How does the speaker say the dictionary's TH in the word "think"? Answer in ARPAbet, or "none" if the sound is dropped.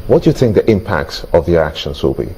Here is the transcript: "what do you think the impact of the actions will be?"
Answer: TH